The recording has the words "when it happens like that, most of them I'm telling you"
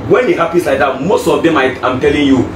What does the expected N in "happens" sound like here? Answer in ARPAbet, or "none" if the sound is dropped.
none